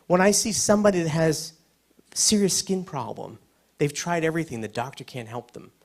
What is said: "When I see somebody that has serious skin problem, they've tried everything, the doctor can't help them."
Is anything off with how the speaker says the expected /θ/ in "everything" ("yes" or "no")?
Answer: no